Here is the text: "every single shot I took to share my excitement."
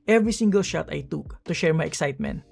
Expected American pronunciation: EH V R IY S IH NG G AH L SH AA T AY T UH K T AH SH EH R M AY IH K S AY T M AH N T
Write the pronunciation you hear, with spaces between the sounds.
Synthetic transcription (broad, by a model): EH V R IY S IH NG G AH L SH AA T AY T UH K T AH SH EH R M AY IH K S AY T M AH N T